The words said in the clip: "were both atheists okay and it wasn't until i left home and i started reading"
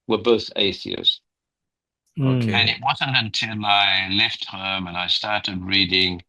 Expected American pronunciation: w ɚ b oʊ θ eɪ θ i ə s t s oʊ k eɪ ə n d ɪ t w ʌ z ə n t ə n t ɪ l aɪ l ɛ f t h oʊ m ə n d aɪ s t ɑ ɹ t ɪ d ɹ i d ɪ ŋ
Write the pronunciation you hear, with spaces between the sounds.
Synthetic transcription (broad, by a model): w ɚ b oʊ θ eɪ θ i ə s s oʊ k eɪ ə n ɪ t w ʌ z ə n t ə n t ɪ l aɪ l ɛ f t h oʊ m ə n aɪ s t ɑ ɹ t ɪ d ɹ i d ɪ ŋ